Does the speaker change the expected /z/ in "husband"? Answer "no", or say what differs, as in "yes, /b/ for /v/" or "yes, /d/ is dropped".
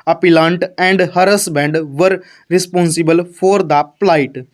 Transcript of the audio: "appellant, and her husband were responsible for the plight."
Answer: yes, /s/ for /z/